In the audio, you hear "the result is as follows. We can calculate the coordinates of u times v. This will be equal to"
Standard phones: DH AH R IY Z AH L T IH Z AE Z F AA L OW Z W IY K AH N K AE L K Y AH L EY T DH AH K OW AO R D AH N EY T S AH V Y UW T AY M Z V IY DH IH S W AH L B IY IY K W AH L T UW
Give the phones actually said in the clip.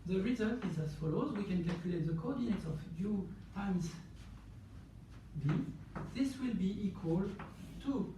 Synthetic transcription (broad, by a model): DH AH R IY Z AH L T IH Z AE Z F AA L OW Z W IY K AH N K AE L K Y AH L EY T DH AH K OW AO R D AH N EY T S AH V Y UW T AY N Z B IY DH IH S W AH L B IY IY K W AH L T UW